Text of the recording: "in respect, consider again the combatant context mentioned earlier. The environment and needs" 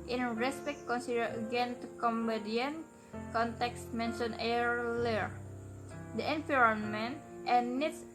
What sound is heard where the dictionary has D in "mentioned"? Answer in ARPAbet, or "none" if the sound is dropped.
none